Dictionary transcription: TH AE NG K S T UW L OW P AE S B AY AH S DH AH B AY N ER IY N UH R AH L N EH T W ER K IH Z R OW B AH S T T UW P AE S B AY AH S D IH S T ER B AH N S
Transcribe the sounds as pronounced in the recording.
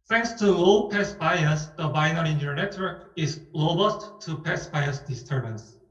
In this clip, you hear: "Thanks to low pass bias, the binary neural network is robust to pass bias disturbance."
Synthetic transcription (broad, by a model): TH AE NG K S T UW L P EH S B AY AH S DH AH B AY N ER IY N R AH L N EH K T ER IH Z L OW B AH S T T UW P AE S B AY AH S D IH S T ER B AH N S